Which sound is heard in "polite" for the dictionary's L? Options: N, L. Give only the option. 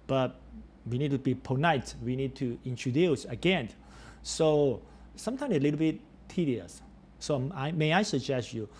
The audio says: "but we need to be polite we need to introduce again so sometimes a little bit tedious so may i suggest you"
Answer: N